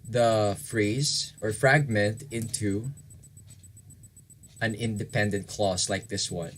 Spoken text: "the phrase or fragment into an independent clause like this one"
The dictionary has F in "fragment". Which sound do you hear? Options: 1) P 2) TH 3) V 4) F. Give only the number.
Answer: 4